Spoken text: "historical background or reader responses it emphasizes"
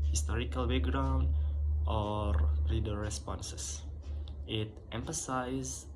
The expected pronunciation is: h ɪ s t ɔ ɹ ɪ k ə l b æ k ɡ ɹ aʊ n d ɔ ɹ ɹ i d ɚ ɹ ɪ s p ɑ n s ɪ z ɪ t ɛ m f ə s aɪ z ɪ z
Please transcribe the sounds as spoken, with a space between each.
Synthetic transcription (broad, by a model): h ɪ s t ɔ ɹ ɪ k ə l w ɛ ɡ ɹ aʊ n d ɔ ɹ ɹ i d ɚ ɹ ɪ s p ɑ n s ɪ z ɪ t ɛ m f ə s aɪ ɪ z